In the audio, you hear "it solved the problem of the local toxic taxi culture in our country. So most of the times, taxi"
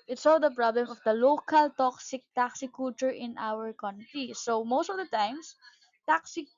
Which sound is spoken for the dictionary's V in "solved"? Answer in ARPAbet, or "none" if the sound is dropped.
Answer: none